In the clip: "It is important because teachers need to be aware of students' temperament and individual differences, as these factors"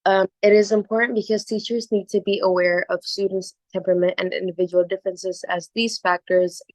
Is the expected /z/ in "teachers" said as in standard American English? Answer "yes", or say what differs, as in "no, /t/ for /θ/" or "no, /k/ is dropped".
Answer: yes